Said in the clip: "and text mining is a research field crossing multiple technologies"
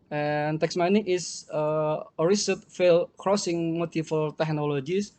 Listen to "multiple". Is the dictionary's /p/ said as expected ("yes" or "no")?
no